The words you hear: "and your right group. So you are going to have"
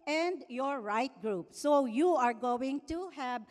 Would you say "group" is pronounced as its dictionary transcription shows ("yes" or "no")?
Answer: yes